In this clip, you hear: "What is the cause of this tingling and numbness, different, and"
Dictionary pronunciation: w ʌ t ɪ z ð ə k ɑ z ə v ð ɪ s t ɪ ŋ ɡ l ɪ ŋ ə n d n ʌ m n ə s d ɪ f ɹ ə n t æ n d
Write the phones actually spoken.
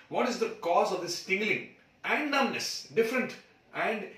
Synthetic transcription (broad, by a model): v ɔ t ɪ z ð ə k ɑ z ə v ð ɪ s t ɪ ŋ ɡ l ɪ ŋ ə n d n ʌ n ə s d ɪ f ɹ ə n t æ n d